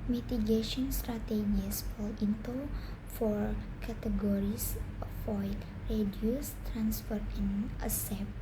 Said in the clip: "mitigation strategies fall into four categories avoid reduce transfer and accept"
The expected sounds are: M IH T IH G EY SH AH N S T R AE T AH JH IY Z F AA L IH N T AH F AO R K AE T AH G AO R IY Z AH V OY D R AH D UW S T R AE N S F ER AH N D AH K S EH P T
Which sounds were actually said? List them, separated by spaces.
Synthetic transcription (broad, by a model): M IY T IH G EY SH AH N S T R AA T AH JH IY S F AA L IH N T AH F AO R K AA T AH G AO R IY S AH F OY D R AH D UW S T R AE N S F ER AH N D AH S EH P